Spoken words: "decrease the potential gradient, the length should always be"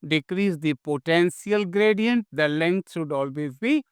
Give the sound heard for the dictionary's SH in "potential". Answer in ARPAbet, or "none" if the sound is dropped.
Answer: S